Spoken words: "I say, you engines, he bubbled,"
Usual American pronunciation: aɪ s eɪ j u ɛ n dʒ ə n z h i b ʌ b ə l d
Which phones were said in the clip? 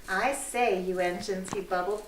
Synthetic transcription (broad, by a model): aɪ s eɪ j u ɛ n ʃ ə n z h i b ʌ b l